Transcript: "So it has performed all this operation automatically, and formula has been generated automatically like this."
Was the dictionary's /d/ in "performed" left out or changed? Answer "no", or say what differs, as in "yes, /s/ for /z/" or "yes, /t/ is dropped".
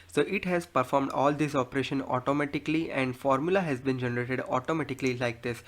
no